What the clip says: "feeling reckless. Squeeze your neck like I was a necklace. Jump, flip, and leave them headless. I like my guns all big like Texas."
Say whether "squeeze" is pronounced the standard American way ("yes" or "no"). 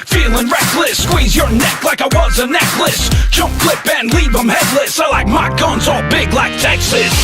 yes